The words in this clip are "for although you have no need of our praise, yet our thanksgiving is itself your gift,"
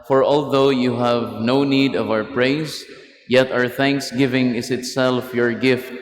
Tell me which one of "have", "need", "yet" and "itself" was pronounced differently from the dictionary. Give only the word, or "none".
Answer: none